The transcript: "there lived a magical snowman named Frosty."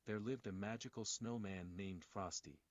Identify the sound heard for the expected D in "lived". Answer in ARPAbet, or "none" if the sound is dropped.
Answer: D